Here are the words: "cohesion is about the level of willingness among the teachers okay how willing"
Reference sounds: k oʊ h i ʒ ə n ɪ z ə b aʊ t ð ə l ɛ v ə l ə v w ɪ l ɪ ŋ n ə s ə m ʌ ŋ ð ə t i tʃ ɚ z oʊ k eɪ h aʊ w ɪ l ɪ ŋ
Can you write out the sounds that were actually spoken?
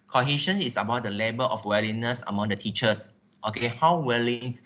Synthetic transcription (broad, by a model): k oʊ h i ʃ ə n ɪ s ə b aʊ t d ə l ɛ b ə l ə f w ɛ l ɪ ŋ n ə s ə m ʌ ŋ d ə t i tʃ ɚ s oʊ k eɪ h aʊ w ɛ l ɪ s